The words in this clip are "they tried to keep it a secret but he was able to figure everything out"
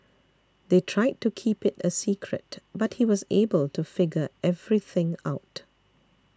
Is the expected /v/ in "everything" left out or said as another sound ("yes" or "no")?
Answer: no